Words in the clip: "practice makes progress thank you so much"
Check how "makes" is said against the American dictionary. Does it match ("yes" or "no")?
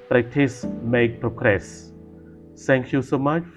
no